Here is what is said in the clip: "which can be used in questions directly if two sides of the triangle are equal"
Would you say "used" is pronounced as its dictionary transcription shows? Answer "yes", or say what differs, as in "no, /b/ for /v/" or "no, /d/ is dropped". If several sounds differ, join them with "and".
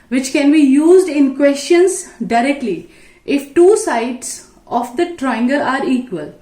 yes